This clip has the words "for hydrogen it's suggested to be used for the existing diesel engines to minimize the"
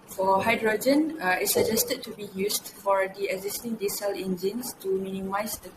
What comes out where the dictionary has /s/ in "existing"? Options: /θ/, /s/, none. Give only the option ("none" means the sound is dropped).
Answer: /s/